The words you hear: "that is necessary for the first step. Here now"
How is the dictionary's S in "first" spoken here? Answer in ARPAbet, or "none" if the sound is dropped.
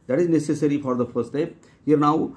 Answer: none